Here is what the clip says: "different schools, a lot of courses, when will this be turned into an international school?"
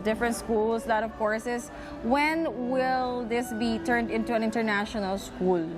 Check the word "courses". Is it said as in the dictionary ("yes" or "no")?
no